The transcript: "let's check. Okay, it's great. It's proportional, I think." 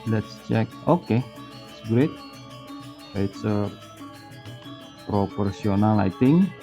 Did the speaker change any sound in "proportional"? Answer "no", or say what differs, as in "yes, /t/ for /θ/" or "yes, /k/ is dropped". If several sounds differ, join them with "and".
yes, /s/ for /ʃ/